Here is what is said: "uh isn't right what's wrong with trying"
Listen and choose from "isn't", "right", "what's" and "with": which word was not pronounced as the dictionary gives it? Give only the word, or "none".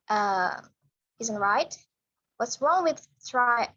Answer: none